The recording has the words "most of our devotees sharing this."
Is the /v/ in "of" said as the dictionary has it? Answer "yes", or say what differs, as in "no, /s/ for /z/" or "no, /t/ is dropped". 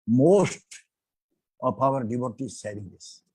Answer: no, /p/ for /v/